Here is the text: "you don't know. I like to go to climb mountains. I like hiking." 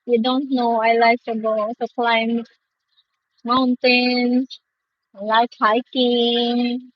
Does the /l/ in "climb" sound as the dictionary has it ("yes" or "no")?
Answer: yes